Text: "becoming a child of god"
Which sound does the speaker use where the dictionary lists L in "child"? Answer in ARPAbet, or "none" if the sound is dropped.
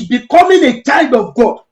none